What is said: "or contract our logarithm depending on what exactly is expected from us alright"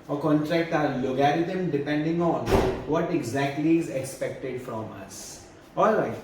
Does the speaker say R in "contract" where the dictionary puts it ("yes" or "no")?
yes